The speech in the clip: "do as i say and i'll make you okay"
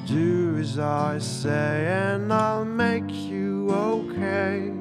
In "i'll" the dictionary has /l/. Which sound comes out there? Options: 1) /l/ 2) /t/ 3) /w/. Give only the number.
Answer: 1